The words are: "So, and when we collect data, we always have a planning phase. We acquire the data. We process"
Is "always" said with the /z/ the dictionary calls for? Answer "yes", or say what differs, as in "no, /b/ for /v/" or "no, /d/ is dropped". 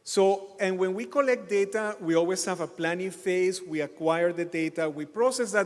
no, /s/ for /z/